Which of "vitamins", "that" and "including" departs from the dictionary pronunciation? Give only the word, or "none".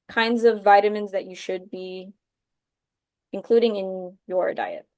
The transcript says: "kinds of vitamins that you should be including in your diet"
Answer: none